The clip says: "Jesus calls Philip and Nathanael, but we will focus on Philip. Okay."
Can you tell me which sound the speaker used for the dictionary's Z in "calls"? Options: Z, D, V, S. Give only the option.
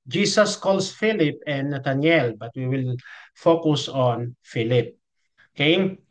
S